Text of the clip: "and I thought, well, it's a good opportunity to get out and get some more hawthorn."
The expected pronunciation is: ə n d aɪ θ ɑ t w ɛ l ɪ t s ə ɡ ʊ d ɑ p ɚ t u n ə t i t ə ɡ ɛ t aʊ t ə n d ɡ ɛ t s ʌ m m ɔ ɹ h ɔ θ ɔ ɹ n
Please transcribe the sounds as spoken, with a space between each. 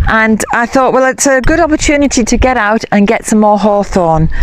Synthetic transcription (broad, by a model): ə n aɪ θ ɑ t w ɛ l ɪ t s ə ɡ ʊ d ɑ p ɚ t u n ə t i t ə ɡ ɛ t aʊ t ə n ɡ ɛ t s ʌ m m ɔ h ɔ θ ɔ n